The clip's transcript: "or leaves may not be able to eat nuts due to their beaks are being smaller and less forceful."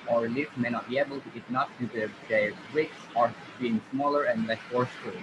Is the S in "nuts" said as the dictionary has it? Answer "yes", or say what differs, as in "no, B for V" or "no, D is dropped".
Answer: no, S is dropped